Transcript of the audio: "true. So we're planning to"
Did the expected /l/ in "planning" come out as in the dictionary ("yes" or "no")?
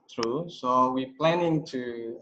yes